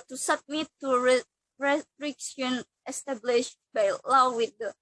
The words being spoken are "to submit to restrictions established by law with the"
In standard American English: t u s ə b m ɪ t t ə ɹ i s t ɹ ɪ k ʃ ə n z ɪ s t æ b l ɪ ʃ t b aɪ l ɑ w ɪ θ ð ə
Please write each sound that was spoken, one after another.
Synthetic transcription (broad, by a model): t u s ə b m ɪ t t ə ɹ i s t ɹ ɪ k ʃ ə n ɪ s t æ b l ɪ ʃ b aɪ l ɑ w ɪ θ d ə